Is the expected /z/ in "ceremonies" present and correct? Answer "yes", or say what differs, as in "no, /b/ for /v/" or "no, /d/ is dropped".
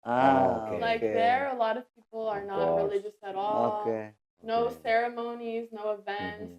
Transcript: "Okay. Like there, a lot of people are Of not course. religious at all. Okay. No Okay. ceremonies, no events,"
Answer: yes